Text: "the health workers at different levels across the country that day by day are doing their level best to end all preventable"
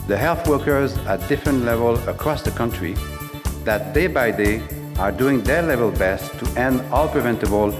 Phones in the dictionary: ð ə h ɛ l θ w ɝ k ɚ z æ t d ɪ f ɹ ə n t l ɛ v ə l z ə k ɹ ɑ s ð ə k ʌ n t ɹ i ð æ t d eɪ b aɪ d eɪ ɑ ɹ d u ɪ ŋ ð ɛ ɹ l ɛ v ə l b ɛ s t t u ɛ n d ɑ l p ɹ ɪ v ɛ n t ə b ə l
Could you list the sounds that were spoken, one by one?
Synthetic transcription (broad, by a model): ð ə h ɛ l θ w ɝ k ɚ z æ t d ɪ f ɹ ə n t l ɛ v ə l ə k ɹ ɑ s ð ə k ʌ n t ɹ i ð æ t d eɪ b aɪ d eɪ ɑ ɹ d u ɪ ŋ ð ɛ ɹ l ɛ v ə l b ɛ s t t u ɛ n d ɑ l p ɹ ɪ v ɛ n t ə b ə l